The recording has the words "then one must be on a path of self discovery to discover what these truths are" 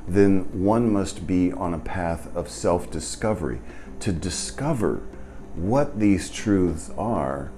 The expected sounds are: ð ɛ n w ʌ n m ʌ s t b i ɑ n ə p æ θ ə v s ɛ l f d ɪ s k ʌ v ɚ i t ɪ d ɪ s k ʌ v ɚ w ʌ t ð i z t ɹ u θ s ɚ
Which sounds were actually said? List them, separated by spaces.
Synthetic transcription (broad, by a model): ð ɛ n w ʌ n m ʌ s t b i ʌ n ə p æ θ ə v s ɛ l f d ɪ s k ʌ v ɚ i t ɪ d ɪ s k ʌ v ɚ w ʌ t ð i z t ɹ u θ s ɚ